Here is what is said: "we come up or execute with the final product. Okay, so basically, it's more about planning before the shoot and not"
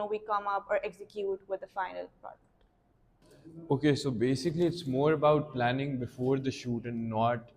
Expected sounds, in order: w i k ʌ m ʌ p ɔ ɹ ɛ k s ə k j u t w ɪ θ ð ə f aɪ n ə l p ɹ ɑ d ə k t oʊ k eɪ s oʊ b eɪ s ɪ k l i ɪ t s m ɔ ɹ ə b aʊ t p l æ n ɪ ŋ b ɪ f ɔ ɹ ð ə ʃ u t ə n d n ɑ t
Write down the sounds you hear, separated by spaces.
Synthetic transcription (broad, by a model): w i k ʌ m ʌ p ɔ ɹ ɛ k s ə k j u t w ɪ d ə f aɪ n ə l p ɑ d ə t oʊ k eɪ s oʊ b eɪ s ɪ k l i ɪ t s m ɔ ɹ ə b aʊ t p l æ n ɪ ŋ b ɪ f ɔ ɹ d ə ʃ u t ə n n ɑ t